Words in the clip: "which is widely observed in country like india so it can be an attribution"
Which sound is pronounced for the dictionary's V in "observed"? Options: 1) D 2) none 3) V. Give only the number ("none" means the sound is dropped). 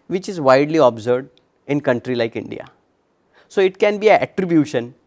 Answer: 2